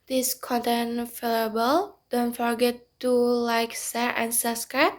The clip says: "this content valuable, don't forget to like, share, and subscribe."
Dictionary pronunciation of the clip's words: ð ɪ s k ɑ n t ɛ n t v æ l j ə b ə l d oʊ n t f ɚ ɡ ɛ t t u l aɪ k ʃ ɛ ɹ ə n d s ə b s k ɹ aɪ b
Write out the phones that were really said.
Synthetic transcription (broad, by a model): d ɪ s k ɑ n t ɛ n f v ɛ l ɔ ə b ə l d oʊ n t f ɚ ɡ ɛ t t u l aɪ k s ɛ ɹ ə n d s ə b s k ɹ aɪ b